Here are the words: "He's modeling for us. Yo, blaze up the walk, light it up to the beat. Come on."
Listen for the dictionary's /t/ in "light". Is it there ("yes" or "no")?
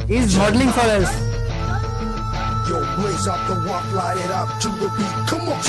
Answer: no